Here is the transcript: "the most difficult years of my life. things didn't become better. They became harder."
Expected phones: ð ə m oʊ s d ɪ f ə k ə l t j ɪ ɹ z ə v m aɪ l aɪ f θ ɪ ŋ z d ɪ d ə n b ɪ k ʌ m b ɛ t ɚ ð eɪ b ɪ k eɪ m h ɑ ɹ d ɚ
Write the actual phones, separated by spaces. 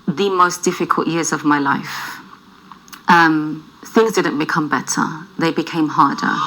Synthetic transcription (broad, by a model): ð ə m oʊ s d ɪ f ə k ə l t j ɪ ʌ z ə v m aɪ l aɪ f θ ɪ ŋ z d ɪ d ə n b ɪ k ʌ m b ɛ t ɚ ð eɪ b ɪ k eɪ m h ɑ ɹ d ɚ